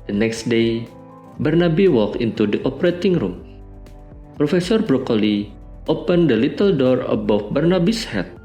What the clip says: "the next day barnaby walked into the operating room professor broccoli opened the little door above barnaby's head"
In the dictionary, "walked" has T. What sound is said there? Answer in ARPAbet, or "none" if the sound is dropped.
none